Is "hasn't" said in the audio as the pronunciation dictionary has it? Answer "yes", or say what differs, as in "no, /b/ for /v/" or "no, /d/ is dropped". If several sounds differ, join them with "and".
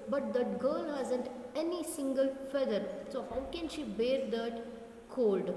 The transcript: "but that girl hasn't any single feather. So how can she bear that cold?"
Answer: yes